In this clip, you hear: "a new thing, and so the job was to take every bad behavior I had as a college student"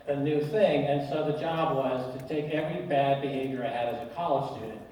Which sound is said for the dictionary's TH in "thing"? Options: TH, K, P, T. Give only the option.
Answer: TH